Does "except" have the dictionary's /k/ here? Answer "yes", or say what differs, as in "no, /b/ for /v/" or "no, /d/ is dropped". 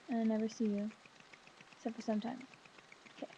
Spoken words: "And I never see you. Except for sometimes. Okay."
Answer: no, /k/ is dropped